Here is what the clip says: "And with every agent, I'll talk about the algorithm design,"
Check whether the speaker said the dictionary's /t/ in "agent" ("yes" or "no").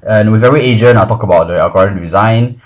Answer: no